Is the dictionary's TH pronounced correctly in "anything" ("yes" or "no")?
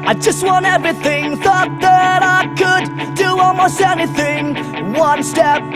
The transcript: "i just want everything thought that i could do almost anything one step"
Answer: yes